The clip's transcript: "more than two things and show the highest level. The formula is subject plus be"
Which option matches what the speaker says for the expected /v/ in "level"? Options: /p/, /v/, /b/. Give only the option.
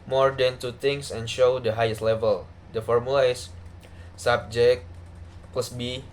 /v/